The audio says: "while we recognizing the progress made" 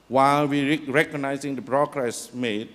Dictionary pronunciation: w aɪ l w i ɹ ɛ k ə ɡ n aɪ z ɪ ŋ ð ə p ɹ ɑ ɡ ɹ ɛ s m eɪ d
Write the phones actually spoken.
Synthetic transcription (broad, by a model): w aɪ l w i ɹ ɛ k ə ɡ n aɪ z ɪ ŋ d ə b ɹ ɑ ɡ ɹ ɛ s m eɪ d